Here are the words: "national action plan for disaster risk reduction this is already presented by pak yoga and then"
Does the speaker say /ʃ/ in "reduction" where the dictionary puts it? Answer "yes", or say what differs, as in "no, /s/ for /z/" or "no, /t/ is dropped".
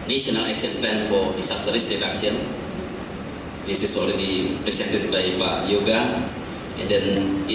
no, /s/ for /ʃ/